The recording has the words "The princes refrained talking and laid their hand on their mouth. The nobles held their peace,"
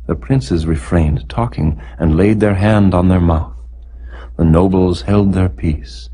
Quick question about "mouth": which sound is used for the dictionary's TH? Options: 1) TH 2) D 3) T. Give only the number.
1